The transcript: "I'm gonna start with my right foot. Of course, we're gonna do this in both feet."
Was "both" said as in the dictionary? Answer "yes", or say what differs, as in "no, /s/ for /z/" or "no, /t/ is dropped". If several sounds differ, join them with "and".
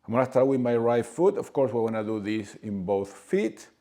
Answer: yes